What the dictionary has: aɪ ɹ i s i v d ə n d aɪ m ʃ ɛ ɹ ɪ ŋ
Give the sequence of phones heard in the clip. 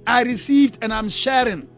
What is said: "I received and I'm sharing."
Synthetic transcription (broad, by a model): aɪ ɹ i s i v d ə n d aɪ m ʃ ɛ ɹ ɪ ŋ